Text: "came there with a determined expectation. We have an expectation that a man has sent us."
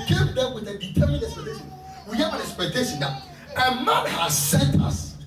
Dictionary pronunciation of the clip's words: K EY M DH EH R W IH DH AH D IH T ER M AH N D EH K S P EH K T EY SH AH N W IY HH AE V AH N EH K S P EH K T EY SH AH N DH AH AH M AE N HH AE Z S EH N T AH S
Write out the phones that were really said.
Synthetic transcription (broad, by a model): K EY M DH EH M W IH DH AH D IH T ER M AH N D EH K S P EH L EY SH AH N W IY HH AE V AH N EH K S P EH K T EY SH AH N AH AH M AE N HH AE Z S EH N T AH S